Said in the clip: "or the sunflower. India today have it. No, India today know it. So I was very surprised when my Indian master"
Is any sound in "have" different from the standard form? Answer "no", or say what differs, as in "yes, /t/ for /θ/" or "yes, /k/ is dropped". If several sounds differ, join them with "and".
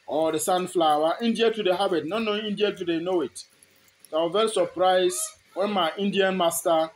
yes, /b/ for /v/